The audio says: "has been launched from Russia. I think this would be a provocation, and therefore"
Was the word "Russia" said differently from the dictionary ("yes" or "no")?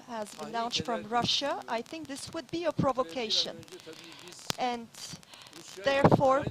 no